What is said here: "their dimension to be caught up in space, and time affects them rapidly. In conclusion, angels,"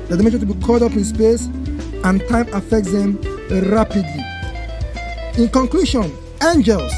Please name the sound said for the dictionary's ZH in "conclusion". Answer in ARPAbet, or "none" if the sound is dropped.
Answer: SH